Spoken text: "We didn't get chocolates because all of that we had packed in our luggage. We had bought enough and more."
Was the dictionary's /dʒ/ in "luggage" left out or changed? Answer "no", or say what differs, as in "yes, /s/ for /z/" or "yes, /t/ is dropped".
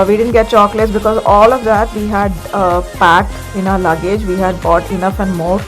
no